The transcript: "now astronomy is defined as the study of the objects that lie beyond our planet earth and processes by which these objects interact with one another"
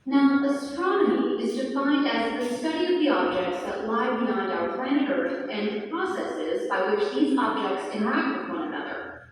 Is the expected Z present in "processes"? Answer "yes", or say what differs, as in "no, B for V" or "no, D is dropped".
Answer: yes